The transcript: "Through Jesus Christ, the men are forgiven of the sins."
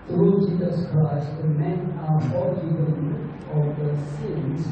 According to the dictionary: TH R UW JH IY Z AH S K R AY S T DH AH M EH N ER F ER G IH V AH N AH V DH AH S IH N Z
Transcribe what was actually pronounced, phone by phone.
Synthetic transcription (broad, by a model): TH R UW JH IY Z AH S K R AY S T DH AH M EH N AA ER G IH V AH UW AH V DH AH S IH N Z